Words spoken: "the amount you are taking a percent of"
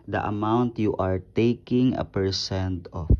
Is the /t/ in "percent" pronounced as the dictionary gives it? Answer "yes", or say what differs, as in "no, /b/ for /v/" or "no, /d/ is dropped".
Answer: yes